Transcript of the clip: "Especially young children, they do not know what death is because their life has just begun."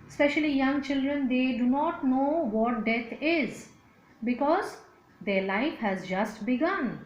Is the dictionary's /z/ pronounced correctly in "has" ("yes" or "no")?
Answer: yes